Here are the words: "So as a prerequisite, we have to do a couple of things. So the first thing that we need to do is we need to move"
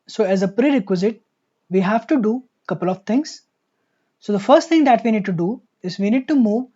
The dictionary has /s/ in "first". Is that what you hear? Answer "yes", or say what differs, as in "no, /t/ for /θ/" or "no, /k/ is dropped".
yes